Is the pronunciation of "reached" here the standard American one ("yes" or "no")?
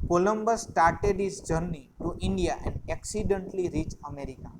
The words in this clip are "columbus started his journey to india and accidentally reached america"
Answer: no